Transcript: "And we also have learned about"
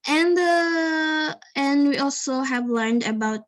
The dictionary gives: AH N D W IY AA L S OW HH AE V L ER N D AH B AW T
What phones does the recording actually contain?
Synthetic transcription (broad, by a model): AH N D W IY AA L S OW HH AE V L ER N D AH B AW T